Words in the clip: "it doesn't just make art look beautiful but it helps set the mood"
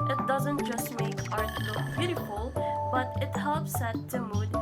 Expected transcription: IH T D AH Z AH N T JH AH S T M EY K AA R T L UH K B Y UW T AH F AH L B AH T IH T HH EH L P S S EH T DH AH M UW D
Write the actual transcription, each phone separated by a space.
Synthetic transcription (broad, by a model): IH T D AH Z AH N T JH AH S T M EY K AA R T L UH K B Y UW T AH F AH L B AH T IH T HH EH L P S S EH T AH M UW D